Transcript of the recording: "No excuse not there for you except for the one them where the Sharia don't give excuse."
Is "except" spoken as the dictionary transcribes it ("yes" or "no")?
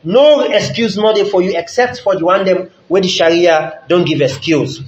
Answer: yes